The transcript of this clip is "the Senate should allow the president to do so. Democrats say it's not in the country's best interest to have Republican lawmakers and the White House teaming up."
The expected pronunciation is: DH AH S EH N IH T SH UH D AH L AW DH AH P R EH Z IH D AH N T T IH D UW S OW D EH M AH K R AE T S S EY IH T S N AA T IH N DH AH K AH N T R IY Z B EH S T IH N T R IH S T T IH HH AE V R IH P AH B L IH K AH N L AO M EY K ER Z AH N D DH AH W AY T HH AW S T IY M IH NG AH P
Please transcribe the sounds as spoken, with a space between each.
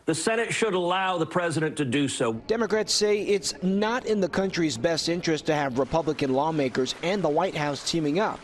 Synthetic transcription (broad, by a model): DH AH S EH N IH T SH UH D AH L AW DH AH P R EH Z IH D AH N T T IH D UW S OW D EH M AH K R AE T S S EY IH T S N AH T IH N DH AH K AH N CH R IY Z B EH S T IH N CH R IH S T T IH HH V R IH P AH B L IH K AH N L AO M EY K ER Z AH N DH AH W AY T HH AW S T IY M IH NG AH P